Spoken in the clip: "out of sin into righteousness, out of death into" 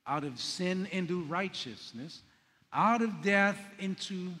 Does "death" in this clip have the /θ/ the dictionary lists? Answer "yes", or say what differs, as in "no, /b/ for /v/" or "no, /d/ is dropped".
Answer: yes